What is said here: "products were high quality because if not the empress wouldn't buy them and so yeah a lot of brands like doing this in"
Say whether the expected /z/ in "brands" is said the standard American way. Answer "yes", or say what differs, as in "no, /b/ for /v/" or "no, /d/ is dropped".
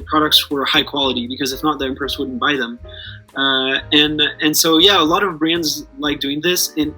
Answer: yes